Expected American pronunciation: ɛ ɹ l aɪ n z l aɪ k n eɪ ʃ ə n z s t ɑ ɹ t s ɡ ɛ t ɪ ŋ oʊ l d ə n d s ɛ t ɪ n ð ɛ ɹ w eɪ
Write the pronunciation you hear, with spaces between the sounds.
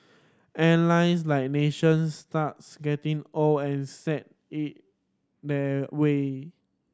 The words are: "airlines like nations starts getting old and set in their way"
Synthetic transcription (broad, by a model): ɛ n l aɪ n s l aɪ k n eɪ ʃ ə n s t ɑ t s ɡ ɛ t ɪ ŋ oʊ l ə n s ɛ t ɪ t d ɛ w eɪ